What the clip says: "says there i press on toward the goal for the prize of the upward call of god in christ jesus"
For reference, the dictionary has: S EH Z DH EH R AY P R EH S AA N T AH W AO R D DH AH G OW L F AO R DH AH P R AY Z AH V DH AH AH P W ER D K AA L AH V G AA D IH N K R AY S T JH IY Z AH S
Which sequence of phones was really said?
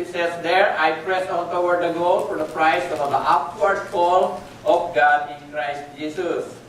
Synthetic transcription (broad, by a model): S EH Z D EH R AY P R EH S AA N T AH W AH R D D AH G OW L F AO R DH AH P R AY S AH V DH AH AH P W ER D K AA L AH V G AA D IH N K R AY S T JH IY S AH S